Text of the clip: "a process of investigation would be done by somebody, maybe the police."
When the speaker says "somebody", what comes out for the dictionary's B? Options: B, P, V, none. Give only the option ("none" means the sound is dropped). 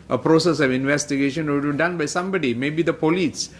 B